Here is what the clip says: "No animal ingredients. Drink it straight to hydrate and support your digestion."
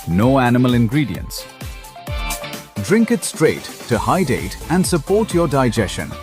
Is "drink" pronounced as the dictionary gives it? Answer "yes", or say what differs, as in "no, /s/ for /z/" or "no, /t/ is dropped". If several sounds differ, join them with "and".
yes